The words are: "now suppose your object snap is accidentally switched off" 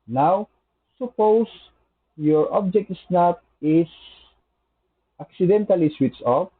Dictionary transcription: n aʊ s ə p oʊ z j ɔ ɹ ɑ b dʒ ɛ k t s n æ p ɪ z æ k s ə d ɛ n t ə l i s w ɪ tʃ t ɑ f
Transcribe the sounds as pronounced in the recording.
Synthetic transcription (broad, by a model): n aʊ s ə p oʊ s j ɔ ɹ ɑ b dʒ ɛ k t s n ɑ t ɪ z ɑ k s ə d ɛ n t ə l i s w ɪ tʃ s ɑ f